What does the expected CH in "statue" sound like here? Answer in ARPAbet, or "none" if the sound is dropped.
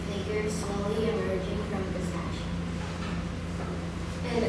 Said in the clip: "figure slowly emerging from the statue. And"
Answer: S